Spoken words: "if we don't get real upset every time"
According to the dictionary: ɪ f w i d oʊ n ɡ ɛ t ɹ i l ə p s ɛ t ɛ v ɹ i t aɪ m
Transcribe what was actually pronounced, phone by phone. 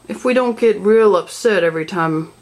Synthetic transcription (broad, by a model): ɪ f w i d oʊ n ɡ ɛ t ɹ i l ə b s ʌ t ɛ v ɹ i t aɪ m